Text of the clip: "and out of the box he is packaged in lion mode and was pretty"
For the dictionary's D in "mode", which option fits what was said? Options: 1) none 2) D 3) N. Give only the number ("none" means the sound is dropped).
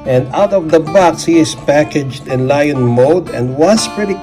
2